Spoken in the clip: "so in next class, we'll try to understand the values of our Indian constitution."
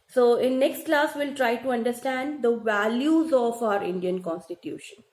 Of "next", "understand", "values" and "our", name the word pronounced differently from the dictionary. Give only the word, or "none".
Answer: none